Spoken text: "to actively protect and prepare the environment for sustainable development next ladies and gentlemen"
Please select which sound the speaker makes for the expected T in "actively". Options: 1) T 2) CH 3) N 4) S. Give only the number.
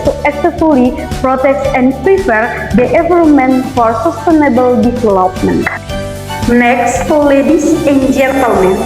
4